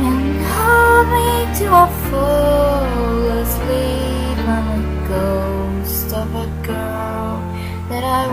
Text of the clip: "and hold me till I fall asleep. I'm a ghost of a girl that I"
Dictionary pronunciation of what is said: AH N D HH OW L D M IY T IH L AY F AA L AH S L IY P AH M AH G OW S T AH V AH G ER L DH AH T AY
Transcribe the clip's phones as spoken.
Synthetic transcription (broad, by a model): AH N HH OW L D M IY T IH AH F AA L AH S L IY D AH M AH G OW S T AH F AH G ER N DH AH T AY